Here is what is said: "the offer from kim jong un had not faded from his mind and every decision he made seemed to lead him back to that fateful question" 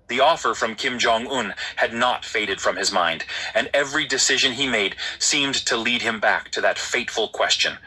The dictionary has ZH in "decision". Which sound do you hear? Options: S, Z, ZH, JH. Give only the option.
ZH